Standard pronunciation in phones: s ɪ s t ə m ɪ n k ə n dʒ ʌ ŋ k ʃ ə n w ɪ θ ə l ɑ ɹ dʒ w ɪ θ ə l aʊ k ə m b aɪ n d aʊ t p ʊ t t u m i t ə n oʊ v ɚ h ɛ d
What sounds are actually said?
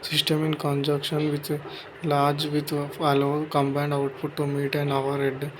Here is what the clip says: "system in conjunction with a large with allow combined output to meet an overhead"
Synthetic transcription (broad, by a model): s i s t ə m ɪ n k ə n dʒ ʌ k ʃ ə n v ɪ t l ɑ ɹ dʒ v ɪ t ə l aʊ k ə m b aɪ n d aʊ t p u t t u m i t ə n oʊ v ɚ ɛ d